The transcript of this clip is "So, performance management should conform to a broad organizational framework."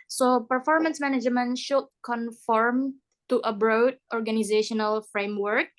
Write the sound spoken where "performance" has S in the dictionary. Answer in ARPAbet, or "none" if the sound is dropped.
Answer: S